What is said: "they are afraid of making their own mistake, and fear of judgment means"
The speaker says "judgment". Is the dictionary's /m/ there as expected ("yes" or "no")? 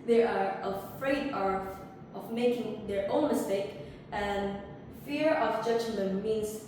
no